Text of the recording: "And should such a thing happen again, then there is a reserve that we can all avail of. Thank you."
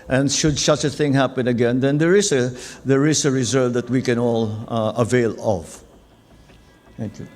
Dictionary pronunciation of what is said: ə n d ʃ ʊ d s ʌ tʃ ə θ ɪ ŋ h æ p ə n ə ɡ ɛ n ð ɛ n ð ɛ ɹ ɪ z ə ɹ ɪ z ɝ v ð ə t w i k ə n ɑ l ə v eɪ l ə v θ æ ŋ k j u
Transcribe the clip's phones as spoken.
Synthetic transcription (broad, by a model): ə n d ʃ ʊ d s ʌ tʃ ə θ ɪ ŋ h æ p ə n ə ɡ ɛ n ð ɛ n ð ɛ ɹ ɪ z ə ɹ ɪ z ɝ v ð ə t w i k ə n ɑ l ə v eɪ l ə v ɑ k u